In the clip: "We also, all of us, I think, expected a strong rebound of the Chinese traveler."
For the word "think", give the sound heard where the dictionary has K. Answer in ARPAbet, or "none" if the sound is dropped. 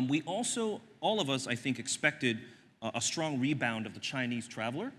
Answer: K